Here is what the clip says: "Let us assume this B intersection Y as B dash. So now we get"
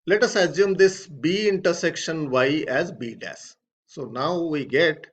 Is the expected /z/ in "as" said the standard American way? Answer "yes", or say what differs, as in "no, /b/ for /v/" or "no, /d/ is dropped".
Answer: yes